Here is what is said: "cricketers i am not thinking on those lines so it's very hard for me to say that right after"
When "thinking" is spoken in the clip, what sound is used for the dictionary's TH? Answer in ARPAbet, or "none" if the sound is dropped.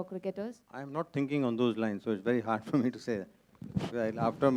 T